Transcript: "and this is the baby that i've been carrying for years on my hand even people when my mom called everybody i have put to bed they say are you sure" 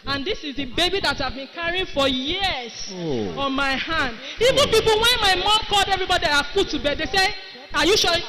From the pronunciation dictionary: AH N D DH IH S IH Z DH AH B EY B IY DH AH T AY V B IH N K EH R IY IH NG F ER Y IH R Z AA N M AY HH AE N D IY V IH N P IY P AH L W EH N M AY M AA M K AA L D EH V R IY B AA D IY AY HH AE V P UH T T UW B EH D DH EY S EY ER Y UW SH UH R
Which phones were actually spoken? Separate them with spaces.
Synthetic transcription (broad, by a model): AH N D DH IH S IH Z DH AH B EY B IY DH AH T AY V B IH N K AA R IY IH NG F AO Y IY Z AA N M AY HH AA N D IY V IH N P IY P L W EH N M AY M AA M K AA L D EH V R IY B AA D IY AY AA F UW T T UW B EH D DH EY S EY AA Y UW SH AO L